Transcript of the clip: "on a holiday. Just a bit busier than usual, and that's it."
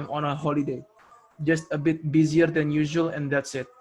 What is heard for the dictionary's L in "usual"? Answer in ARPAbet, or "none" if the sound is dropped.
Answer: L